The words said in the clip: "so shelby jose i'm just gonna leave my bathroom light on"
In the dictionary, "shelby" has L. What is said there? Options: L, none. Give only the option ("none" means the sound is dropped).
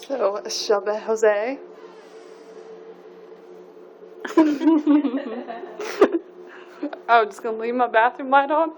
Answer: none